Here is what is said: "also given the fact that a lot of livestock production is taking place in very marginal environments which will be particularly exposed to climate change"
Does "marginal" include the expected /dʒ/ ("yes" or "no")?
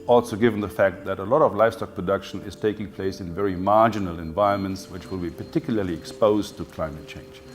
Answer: yes